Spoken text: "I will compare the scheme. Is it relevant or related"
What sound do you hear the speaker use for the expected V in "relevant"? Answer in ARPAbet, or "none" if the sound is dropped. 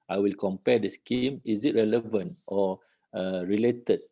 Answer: V